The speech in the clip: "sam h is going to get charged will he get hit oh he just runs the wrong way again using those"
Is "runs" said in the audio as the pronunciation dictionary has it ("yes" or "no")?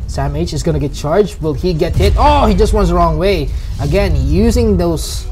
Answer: no